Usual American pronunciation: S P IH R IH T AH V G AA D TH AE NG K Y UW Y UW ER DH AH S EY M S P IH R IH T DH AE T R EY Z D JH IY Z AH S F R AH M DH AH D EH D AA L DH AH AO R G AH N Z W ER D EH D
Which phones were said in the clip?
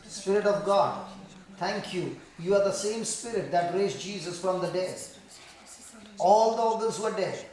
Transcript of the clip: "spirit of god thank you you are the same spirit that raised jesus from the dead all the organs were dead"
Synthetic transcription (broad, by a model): S P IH R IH T AH V G AA D T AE NG K Y UW Y UW ER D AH S EY M S P IH R IH T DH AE T R EY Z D JH IY Z AH S F R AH M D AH D EH D AA L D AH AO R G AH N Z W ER D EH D